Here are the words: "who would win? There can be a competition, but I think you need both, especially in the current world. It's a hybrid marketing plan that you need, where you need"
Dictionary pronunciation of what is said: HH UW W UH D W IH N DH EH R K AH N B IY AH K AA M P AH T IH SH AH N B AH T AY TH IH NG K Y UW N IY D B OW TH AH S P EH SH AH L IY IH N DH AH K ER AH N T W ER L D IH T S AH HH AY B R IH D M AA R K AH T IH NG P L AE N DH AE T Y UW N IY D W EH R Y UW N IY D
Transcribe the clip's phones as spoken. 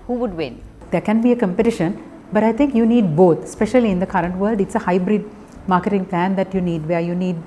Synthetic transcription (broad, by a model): HH UW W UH D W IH N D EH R K AH N B IY AH K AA M P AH T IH SH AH N B AH T AY T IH NG K Y UW N IY D B OW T S P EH SH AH L IY IH N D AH K ER AH N T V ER L D IH T S AH HH AY B R IH D M AA R K AH T IH NG P L AE N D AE T Y UW N IY D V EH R Y UW N IY D